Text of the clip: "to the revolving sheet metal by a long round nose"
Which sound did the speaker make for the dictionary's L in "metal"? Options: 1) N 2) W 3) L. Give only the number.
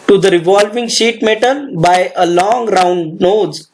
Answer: 1